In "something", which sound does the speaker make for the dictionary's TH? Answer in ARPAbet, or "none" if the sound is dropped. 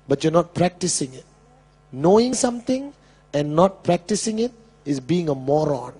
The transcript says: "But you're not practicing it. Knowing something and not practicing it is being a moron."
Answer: T